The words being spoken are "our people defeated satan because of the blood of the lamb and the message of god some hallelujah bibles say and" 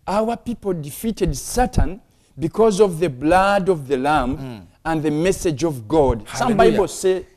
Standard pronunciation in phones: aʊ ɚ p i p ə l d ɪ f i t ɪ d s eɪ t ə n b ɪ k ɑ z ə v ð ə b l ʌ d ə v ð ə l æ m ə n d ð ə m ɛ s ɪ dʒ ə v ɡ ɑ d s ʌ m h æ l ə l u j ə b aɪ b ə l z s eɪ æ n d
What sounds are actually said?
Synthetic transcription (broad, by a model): aʊ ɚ p i p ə l d ɪ f i t ɪ d s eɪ t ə n b ɪ k ɑ z ə v ð ə b l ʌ d ə v ð ə l æ m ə n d ð ə m ɛ s ɪ dʒ ə v ɡ ɑ d s ʌ m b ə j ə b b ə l s eɪ